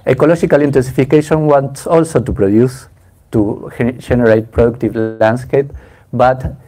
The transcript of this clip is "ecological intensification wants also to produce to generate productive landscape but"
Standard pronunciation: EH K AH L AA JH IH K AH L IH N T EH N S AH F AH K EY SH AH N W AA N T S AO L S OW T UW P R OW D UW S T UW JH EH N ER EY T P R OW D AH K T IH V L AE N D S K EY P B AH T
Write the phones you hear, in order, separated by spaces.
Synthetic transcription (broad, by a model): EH K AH L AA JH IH K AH L IH N T EH N S AH F AH K EY SH AH N W AA N T S AO L S OW T UW P R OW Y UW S T UW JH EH N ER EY T P R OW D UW K T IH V L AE N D S K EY P B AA T